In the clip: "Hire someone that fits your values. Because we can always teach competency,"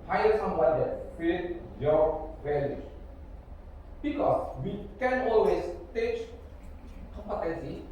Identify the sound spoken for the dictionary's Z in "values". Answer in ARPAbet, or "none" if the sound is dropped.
none